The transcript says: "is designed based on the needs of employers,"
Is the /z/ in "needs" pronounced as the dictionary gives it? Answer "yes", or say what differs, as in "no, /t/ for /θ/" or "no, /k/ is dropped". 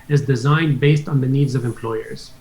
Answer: yes